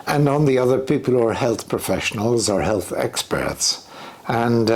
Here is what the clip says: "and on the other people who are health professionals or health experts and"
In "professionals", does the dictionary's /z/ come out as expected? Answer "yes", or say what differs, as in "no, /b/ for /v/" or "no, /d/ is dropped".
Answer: yes